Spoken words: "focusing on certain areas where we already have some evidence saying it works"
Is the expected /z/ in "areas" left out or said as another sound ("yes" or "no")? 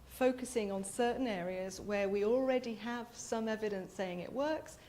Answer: no